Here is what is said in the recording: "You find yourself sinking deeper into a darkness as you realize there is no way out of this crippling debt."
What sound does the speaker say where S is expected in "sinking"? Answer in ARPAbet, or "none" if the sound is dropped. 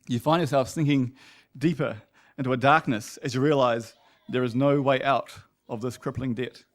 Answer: TH